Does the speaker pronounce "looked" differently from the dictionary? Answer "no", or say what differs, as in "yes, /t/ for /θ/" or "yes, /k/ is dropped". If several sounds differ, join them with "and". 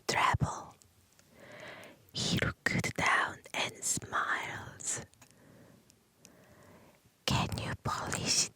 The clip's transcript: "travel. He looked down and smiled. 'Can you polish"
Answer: yes, /k/ is dropped